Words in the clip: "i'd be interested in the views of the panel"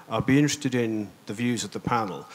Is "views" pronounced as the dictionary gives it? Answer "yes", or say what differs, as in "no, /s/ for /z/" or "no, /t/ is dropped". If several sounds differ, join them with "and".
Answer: yes